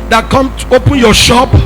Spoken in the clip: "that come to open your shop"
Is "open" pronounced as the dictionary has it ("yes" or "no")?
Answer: yes